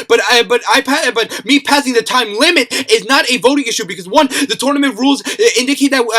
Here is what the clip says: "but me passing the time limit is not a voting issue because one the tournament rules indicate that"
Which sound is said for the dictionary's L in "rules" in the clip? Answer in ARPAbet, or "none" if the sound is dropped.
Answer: L